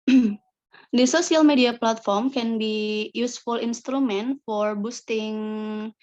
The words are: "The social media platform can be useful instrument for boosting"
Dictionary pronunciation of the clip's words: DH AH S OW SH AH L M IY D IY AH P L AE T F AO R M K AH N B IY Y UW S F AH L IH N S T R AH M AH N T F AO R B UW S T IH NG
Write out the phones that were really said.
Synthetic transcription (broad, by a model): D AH S OW S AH L M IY D IY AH P L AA T F AO R M K AH N B IY Y UW S F AH L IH N S T R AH M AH N T F AO R B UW S T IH NG